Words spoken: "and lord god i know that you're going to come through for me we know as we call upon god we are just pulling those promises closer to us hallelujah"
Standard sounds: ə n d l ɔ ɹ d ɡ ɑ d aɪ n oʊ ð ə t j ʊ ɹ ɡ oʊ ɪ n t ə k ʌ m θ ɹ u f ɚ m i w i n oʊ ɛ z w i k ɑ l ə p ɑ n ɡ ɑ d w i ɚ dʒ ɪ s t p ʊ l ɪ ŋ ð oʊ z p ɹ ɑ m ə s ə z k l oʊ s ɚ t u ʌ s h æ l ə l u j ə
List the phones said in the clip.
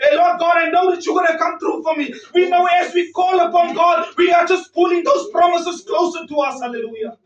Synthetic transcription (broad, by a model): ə l ɔ d ɡ ɑ d aɪ n oʊ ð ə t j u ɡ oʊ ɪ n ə k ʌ m t ɹ u f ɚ m i w i n oʊ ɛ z w i k ɑ l ə p ɑ n ɡ ɑ d w i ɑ dʒ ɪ s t p ʊ l ɪ ŋ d oʊ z p ɹ ɑ m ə s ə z k l oʊ s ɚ t u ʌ s h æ l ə l u j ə